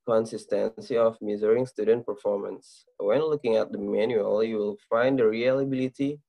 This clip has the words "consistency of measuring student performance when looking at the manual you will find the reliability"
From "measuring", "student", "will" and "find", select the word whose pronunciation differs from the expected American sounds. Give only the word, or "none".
measuring